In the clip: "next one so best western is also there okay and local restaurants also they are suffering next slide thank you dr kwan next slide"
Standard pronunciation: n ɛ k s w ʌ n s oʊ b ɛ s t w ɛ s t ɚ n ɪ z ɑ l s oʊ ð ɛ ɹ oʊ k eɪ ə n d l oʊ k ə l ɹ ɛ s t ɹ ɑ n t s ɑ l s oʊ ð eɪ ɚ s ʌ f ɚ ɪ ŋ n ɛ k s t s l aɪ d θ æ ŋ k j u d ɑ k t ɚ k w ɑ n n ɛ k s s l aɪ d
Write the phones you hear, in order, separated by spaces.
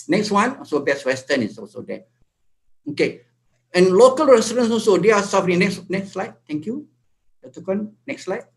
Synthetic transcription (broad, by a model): n ɛ k s w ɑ n s oʊ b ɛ s w ɛ s t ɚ n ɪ s ɑ l s oʊ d ɛ oʊ k eɪ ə n l oʊ k ə l ɹ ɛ s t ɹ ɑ n s ɑ l s oʊ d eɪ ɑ s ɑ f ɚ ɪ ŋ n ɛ k s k s l aɪ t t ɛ ŋ k j u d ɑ t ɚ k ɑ n n ɛ k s s l aɪ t